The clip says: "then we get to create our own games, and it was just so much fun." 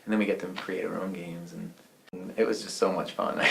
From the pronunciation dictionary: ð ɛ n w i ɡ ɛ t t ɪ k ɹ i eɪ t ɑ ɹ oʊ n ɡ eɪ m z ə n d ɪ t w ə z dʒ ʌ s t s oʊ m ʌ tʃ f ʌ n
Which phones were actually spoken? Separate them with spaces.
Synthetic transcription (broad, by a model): ð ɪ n w i ɡ ɛ t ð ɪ k ɹ i eɪ t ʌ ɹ oʊ n ɡ eɪ m z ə n ɪ t w ə z dʒ ʌ s t s oʊ m ʌ tʃ f ʌ n